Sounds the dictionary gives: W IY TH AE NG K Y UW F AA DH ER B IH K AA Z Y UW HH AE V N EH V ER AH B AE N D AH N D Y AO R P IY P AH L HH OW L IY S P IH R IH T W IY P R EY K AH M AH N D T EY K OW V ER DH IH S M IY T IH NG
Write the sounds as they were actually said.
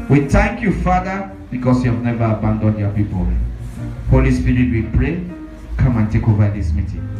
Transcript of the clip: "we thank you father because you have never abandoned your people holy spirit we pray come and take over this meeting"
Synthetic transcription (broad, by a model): W IY TH AE NG K Y UW F AA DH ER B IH K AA S Y UW HH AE V N EH V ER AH B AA N D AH N D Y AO P IY P AH L HH OW L IY S P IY R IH T W IY P R EY K AH M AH N T EY K OW V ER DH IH S M IY T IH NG